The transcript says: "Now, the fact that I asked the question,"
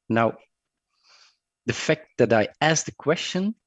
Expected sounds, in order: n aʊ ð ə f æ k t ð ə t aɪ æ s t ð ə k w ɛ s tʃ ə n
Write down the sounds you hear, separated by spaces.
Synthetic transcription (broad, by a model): n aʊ ð ə f æ k t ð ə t aɪ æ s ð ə k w ɛ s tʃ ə n